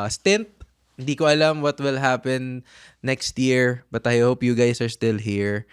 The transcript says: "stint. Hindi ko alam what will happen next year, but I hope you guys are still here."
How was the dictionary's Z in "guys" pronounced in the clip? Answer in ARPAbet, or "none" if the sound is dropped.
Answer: S